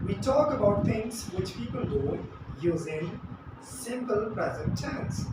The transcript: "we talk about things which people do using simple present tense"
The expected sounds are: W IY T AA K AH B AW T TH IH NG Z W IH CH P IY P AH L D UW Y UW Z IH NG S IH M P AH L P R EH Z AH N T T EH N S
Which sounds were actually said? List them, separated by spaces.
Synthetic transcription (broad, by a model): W IY T AA K AH B AW T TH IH NG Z W IH CH P IY P AH L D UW Y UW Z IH S IH M P AH L P R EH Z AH N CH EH N S